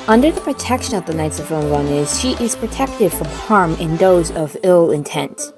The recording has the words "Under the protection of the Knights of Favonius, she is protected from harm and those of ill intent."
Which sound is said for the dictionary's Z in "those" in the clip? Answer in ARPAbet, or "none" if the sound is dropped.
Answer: Z